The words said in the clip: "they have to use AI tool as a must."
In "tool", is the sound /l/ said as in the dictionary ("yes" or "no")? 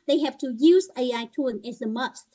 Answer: no